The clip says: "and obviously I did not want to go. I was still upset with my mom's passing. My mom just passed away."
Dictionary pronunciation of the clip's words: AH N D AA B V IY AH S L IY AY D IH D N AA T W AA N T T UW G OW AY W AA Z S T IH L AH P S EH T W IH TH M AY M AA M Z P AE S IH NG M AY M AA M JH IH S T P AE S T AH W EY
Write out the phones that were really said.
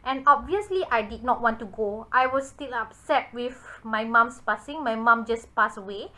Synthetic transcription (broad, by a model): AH N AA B V IY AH S L IY AY D IH D N AA T W AA N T T UW G OW AY W AA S T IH L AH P S EH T W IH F M AY M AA M S P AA S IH NG M AY M AA M JH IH S P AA S AH W EY